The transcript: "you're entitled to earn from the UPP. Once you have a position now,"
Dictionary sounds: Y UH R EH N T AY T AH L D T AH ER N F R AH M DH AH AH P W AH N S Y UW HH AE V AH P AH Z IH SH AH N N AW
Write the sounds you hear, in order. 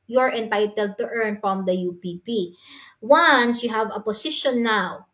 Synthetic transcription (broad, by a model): Y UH R EH N T AY T AH L D T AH ER N F R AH M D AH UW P W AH N S Y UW HH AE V AH P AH S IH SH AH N N AW